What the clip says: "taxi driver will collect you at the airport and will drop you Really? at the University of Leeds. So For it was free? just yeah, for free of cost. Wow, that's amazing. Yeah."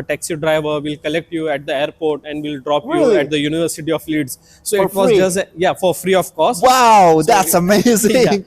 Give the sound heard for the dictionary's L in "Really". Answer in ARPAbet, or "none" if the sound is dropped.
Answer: none